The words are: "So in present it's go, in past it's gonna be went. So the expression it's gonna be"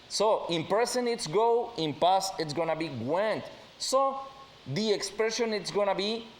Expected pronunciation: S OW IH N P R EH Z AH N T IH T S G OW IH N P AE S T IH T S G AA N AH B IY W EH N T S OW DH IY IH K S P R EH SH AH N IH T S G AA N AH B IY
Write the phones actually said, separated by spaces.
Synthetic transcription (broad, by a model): S OW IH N P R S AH N IH T S G OW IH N P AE S IH T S G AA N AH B IY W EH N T S OW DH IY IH K S P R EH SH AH N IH T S G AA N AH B IY